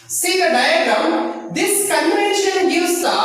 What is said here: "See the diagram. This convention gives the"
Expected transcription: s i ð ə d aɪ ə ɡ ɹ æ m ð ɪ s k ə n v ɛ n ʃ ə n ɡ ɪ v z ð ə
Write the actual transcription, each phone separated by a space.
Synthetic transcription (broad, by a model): s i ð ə d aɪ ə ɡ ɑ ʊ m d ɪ s k ə n v ɛ n ʃ ə n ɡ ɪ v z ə